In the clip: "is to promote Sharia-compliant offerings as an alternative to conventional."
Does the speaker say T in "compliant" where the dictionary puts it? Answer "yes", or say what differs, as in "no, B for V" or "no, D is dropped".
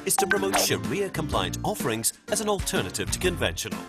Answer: yes